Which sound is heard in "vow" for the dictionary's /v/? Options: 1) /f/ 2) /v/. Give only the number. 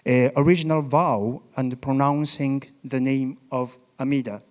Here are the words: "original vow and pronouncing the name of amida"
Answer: 2